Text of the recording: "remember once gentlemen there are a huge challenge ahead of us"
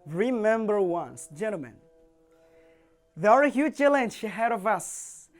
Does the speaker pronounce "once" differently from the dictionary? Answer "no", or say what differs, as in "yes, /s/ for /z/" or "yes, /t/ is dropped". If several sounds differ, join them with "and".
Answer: no